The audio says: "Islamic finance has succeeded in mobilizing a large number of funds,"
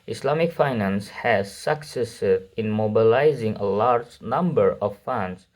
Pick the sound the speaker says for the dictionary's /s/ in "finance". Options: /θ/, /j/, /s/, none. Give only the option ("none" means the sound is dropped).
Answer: /s/